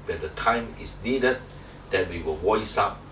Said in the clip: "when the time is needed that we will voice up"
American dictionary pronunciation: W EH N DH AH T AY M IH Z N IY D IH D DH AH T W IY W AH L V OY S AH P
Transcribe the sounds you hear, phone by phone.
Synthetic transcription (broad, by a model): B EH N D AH T AY M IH S N IY D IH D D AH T W IY W AH L W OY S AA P